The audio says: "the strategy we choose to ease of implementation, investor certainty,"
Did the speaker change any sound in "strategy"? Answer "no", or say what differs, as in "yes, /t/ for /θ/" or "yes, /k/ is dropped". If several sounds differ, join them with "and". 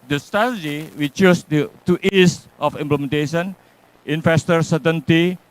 yes, /ɹ/ is dropped